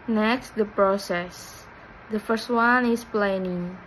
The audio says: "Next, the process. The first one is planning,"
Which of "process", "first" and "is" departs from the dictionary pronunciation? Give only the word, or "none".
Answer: is